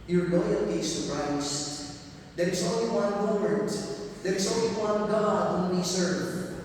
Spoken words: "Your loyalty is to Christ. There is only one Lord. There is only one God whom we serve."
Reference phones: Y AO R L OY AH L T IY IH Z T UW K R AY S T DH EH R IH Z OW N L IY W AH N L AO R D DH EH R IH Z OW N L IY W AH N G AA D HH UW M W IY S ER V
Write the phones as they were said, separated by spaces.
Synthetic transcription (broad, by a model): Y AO R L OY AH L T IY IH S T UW R AY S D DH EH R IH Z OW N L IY W AH N W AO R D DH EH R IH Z OW N L IY W AH N G AA D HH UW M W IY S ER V